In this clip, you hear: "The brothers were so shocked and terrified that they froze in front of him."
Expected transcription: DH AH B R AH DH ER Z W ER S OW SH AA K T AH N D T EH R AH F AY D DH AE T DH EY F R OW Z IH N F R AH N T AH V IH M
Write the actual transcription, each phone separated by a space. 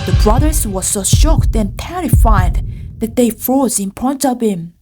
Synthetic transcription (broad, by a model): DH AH B R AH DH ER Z W ER S OW SH AA K T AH N T EH R AH F AY D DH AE T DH EY F R OW Z IH N P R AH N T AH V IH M